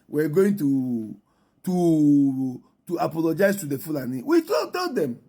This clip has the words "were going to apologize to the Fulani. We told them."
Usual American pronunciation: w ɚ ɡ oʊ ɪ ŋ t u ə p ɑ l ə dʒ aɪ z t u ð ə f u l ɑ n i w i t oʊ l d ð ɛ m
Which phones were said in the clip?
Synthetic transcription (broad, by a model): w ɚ ɡ oʊ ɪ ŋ t u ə p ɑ l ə dʒ aɪ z t u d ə f u l ɑ n i w i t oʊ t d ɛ m